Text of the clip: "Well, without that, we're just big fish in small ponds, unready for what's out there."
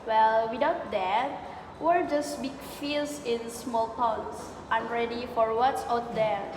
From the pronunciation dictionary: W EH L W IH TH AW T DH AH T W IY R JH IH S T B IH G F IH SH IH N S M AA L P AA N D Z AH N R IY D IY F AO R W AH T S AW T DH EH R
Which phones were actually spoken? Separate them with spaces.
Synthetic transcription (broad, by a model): W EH L W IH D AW T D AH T W IY R JH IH S B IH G F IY S IH N S M AA L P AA N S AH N R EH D IY F AO R W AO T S AW T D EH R